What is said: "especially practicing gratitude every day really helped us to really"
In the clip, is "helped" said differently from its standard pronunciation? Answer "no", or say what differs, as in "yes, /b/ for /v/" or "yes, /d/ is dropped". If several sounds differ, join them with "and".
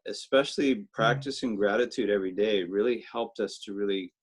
no